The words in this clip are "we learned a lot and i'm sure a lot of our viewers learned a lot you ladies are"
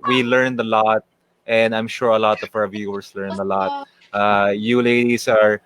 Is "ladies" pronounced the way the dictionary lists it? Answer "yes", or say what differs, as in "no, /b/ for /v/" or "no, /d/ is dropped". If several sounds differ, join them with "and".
no, /s/ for /z/